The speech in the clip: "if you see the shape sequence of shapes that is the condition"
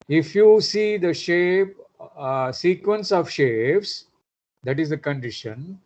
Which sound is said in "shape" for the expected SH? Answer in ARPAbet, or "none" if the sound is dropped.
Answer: SH